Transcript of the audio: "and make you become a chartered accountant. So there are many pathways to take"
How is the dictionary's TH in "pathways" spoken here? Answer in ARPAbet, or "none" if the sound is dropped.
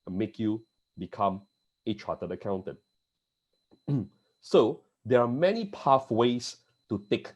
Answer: F